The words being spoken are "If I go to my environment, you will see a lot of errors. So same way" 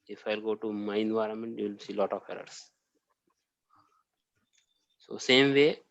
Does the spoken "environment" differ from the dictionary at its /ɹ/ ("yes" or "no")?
no